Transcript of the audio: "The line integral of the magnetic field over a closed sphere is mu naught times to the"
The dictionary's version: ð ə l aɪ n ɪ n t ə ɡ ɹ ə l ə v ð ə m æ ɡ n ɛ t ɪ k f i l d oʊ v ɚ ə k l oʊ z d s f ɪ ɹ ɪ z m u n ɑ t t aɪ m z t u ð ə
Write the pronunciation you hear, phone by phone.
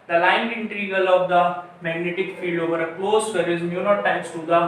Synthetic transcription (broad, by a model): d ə l aɪ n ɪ n t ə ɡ ə l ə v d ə m æ ɡ n ɛ t ɪ k f i l d oʊ v ɚ ə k l oʊ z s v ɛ ɹ ɪ z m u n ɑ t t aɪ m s t u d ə